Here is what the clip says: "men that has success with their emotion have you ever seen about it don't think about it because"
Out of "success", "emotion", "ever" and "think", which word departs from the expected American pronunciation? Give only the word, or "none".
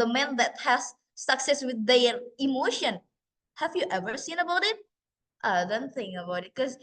think